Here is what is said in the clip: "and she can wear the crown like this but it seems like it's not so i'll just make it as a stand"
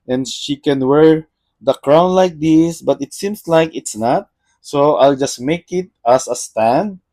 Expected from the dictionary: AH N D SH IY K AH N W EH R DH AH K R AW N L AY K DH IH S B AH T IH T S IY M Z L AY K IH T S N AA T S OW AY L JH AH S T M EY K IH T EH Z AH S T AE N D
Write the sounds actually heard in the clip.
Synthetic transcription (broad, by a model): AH N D SH IY K AH N W EH R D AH K R AW N L AY K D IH S B AH T IH T S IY M S L AY K IH T S N AA T S OW AY L JH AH S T M EY K IH T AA S AH S T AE N D